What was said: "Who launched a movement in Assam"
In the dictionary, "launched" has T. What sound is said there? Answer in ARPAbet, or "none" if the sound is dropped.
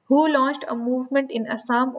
T